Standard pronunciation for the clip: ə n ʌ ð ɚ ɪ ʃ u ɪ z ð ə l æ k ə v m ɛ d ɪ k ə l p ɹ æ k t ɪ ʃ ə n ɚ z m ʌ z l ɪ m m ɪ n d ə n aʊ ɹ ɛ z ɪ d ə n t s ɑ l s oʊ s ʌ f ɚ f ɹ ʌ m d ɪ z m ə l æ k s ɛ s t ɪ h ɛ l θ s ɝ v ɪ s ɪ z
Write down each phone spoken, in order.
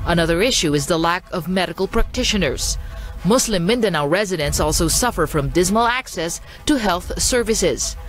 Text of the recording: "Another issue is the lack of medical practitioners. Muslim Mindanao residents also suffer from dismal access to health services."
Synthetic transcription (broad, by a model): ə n ʌ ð ɚ ɪ ʃ u ɪ z ð ə l æ k ə v m ɛ d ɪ k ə l p ɹ æ k t ɪ ʃ ə n ɚ z m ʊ s l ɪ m m ɪ n d ə n aʊ ɹ ɛ z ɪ d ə n s ɑ l s oʊ s ʌ f ɚ f ɹ ʌ m d ɪ z m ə l æ k s ɛ s t ɪ h ɛ l θ s ɝ v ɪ s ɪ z